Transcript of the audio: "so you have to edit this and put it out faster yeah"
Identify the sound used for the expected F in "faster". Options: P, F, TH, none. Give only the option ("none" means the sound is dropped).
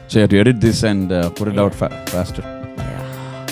F